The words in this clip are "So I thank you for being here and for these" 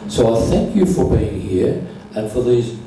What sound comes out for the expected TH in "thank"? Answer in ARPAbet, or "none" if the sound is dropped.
TH